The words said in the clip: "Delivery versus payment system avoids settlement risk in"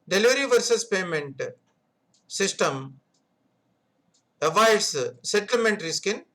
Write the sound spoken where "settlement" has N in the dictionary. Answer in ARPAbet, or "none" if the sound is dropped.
N